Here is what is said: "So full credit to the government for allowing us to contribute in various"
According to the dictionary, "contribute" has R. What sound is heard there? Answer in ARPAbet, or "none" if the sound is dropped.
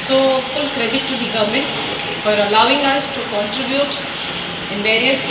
R